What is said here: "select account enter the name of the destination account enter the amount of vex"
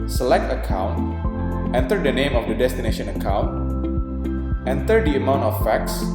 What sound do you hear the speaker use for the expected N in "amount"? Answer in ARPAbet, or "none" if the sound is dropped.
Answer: N